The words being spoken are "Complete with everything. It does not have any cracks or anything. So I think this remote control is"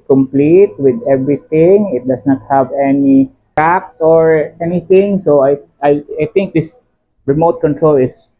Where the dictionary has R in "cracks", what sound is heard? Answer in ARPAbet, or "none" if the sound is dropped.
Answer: none